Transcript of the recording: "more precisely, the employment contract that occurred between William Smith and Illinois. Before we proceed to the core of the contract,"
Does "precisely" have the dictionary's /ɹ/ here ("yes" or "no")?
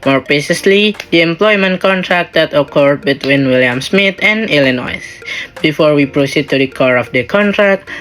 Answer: no